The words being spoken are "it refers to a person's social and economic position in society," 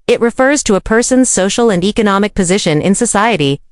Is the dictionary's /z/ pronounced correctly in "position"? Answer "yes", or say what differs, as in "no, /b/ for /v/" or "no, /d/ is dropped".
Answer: yes